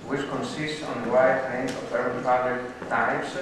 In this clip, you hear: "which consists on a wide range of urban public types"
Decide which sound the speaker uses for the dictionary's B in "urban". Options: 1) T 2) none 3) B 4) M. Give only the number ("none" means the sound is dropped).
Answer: 2